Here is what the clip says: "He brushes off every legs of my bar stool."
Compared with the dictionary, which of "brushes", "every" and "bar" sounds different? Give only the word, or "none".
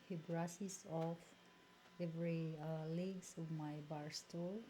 brushes